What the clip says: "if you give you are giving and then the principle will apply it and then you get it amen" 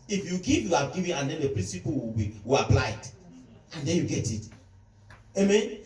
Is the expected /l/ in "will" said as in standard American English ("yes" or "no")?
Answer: no